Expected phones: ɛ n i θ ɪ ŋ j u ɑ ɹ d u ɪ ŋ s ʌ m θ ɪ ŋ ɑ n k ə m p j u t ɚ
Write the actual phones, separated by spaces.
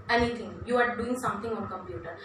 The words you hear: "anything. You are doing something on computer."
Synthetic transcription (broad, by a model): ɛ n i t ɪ ŋ j u ɑ ɹ d u ɪ ŋ s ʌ m t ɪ ŋ ɑ n k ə m p j u t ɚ